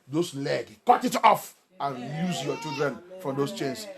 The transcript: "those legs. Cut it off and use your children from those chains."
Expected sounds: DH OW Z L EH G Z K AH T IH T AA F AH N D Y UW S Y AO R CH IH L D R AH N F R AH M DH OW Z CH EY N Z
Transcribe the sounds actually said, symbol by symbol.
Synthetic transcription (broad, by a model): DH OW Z L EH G K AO T IH T AA F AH N Y UW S Y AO CH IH L D R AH N F R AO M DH OW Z CH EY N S